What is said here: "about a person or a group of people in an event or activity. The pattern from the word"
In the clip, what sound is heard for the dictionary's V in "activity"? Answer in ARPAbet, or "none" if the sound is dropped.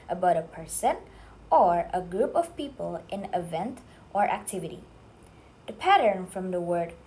V